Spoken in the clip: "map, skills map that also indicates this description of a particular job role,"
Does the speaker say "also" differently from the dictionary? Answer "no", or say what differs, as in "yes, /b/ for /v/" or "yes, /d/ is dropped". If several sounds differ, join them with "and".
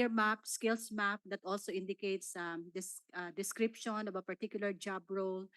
no